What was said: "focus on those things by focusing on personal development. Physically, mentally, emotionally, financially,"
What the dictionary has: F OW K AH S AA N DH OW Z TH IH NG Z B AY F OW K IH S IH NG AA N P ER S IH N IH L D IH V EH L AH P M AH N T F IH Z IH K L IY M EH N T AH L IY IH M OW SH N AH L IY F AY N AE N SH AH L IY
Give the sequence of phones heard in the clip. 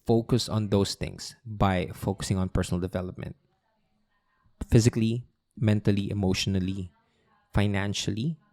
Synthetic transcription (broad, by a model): F OW K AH S AA N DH OW S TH IH NG S B AY F OW K IH S IH NG AA N P ER S IH N IH L D IH V EH L AH P M AH N T F IH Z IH K L IY M EH N T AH L IY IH M OW SH N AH L IY F AY N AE N SH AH L IY